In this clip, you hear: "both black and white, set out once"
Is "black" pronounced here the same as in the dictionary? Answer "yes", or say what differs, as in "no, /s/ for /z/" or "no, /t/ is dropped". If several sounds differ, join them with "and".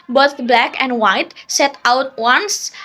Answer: yes